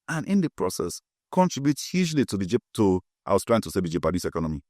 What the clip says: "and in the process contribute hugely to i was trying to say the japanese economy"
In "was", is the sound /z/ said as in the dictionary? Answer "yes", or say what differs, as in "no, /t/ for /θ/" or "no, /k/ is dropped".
no, /s/ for /z/